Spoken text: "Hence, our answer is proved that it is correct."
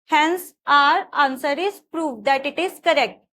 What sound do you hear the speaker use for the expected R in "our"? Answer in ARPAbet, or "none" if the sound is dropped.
R